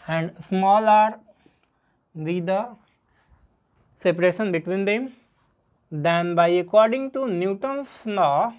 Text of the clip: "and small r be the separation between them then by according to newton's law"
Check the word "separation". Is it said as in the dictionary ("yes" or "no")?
yes